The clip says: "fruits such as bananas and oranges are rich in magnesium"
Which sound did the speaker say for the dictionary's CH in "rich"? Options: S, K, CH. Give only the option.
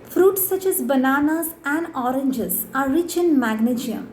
CH